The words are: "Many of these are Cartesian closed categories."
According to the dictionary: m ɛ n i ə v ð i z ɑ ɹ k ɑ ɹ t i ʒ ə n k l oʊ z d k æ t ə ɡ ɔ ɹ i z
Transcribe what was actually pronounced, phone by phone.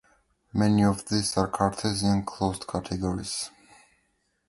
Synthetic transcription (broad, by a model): m ɛ n i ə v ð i s ɑ ɹ k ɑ ɹ t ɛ z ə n k l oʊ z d k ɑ t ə ɡ ɔ ɹ i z